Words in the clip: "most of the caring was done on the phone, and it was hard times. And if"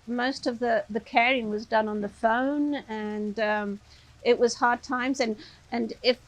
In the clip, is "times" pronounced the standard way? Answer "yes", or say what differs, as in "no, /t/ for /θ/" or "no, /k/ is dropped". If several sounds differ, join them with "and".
yes